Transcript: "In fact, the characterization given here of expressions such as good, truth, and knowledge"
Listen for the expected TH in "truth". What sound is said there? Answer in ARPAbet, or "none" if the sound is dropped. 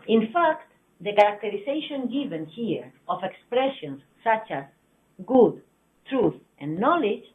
TH